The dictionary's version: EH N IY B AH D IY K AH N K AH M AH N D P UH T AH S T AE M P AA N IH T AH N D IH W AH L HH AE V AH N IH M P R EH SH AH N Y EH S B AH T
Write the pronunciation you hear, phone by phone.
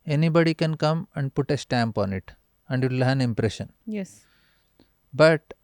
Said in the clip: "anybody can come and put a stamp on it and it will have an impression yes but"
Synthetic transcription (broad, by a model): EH N IY B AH D IY K AH N K AH M AH N D P UH T AH S T AE M P AA N IH T AH N D IH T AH L HH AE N IH M P R EH SH AH N Y EH S B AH T